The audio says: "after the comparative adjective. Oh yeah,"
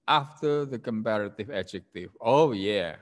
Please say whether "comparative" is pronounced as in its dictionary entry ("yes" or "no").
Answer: yes